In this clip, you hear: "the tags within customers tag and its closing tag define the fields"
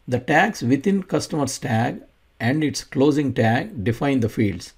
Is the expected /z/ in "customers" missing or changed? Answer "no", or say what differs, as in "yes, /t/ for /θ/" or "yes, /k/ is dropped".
yes, /s/ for /z/